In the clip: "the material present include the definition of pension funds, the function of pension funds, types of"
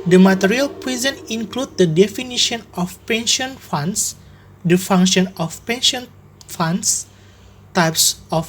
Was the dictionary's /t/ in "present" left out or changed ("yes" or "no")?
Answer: yes